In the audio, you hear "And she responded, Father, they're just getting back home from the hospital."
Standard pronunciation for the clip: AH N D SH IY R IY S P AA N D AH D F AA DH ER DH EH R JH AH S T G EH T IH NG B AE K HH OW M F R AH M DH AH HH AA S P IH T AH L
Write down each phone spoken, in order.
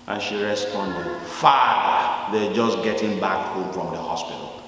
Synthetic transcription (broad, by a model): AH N SH IY R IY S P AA N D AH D F AA ER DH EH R JH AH S G EH T IH NG B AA K HH OW M F R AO M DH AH HH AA S P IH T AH L